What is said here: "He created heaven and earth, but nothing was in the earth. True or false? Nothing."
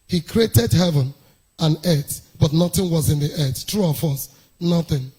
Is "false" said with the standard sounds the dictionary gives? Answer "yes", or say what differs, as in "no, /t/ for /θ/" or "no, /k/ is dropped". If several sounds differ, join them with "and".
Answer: no, /l/ is dropped